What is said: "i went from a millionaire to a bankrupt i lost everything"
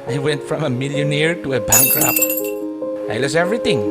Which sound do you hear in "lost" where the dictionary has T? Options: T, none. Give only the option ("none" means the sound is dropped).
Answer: none